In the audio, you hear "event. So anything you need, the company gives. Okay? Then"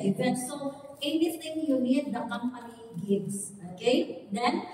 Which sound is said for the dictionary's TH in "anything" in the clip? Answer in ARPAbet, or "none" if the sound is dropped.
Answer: T